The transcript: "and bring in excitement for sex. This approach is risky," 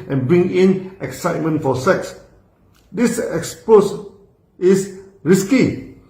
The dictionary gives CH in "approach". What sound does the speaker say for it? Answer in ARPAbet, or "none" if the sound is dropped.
S